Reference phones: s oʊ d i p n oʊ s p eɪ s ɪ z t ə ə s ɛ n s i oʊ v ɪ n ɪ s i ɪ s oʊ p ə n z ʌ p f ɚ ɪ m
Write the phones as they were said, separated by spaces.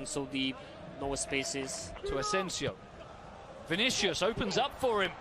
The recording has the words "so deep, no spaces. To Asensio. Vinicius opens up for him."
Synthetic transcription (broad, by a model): s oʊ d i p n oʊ s p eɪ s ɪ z t ə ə s ɛ n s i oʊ v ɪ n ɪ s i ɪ s oʊ p ə n z ʌ p f ɚ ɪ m